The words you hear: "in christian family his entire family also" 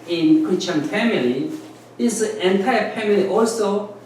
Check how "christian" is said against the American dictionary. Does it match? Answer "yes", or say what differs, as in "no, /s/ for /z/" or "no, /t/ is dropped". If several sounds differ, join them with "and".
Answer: no, /s/ is dropped